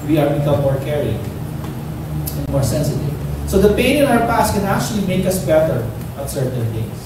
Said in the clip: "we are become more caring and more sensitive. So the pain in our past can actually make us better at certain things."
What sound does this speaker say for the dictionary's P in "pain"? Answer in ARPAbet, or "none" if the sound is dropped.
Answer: P